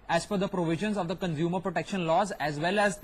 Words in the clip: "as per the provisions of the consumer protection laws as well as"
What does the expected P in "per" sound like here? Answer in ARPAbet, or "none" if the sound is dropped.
F